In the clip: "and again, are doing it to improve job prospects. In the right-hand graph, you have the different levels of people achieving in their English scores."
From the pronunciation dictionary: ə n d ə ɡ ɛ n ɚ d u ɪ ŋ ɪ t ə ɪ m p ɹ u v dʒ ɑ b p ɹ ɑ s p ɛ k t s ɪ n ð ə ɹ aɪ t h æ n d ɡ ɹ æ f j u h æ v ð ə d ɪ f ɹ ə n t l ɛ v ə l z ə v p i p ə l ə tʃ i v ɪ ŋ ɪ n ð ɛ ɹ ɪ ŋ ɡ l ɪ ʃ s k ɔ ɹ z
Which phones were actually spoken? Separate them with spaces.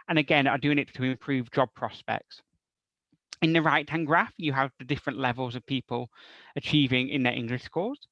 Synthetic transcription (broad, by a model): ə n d ə ɡ ɛ n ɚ d u ɪ ŋ ɪ t ə ɪ m p ɹ u v dʒ ɑ b p ɹ ɑ s p ɛ k t s ɪ n ð ə ɹ aɪ t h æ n ɡ ɹ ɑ f j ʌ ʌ v ð ə d ɪ f ɹ ə n t l ɛ v ə l z ə v p i p ə l ə tʃ i v ɪ ŋ ɪ n ð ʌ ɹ ɪ ŋ ɡ l ɪ ʃ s k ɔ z